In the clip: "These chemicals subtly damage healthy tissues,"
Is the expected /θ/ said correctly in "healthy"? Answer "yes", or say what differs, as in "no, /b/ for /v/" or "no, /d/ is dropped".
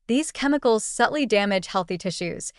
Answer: yes